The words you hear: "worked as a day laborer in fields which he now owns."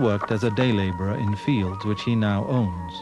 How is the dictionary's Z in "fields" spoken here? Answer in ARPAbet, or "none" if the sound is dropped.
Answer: Z